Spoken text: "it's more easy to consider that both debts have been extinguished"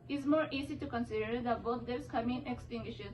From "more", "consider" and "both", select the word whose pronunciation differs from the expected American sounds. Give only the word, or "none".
both